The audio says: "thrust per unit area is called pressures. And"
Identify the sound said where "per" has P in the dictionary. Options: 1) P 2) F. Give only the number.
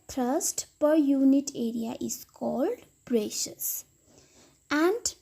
1